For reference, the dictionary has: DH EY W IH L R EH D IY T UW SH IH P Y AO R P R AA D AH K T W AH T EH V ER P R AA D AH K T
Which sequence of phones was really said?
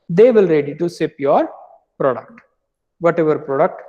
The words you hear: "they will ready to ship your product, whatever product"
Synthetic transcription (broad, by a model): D EY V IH L R EH D IY T UW S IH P Y AO R P R AA D AH K T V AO T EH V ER P R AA D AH K T